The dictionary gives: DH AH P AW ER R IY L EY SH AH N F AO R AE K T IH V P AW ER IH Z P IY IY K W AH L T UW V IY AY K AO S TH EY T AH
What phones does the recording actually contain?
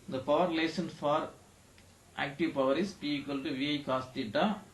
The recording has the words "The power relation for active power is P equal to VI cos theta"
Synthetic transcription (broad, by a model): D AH P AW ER R L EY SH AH N F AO R AE K T IH V P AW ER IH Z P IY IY K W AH L T UW V IY AY K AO S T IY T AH